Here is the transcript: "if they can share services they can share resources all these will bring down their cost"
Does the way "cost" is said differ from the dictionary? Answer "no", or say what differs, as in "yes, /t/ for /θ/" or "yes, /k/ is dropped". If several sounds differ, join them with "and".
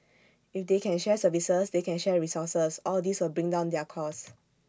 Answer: yes, /t/ is dropped